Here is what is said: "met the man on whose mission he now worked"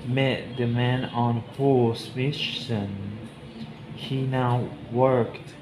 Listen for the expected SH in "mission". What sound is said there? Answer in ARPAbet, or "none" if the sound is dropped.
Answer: S